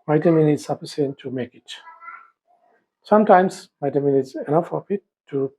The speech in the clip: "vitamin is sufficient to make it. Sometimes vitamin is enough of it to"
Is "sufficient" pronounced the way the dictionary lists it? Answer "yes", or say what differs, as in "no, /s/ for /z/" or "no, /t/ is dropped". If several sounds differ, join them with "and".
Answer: no, /p/ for /f/ and /s/ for /ʃ/